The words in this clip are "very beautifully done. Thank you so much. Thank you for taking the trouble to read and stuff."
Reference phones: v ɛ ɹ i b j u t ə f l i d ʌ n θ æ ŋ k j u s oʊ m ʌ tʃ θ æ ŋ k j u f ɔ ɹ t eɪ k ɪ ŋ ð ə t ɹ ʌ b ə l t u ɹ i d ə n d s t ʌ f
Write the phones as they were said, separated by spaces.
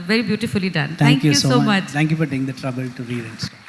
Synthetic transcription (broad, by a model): v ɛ ɹ i b j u t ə f l i d ʌ n t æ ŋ k j u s oʊ m ʌ tʃ t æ ŋ k j u f ɔ ɹ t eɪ ɪ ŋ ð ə t ɹ ʌ b ə l t u ɹ i d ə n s